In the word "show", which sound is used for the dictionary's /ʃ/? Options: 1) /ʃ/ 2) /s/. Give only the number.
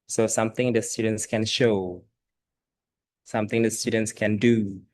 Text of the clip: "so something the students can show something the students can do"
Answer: 1